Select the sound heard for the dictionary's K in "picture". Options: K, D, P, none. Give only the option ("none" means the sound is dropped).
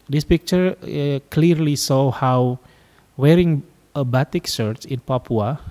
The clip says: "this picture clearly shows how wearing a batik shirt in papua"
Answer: K